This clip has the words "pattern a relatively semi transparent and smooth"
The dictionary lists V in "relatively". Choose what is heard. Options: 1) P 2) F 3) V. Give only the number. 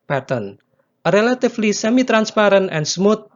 2